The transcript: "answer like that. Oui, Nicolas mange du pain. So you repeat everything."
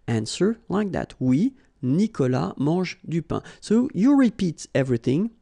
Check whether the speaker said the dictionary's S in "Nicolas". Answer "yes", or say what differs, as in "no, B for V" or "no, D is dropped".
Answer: no, S is dropped